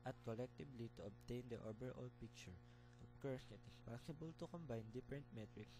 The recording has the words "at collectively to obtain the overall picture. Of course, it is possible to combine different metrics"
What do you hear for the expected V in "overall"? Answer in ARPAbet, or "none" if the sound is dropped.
B